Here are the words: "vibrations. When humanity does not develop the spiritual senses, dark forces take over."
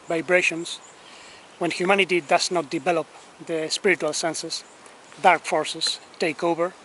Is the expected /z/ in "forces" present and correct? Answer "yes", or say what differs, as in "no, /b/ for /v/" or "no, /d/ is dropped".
no, /s/ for /z/